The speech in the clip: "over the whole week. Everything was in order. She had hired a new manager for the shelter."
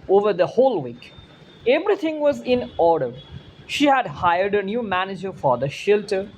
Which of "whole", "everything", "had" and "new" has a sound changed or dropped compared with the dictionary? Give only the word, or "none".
everything